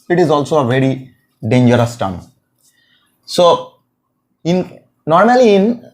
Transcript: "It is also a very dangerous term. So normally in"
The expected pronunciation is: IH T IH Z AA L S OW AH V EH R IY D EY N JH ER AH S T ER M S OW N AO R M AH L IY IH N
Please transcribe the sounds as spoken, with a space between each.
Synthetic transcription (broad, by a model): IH T IH Z AA L S OW AH V EH R IY D EY N JH ER AH S T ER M S OW N AO R M AH L IY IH N